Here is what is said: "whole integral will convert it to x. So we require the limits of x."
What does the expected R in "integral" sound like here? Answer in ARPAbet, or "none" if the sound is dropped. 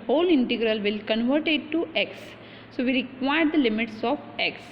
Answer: R